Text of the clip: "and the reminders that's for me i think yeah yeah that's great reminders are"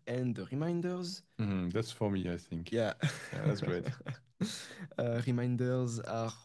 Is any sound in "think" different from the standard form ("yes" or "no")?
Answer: no